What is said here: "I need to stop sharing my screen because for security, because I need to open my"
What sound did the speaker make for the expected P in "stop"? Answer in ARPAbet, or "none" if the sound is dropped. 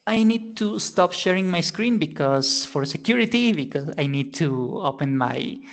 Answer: P